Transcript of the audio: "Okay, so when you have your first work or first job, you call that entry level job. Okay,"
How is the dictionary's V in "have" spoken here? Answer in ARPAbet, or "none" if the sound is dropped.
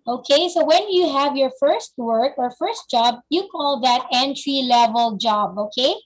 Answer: V